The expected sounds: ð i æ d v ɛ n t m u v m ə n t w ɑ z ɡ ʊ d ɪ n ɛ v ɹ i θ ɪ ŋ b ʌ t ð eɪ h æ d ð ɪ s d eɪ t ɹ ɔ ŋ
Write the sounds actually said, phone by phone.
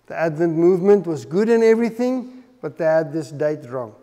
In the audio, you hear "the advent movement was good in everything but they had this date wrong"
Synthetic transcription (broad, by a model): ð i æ d v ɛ n t m u v m ə n t w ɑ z ɡ ʊ d ɪ n ɛ v ɹ i θ ɪ ŋ b ʌ t ð eɪ h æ d ð ɪ s d eɪ t ɹ ɔ ŋ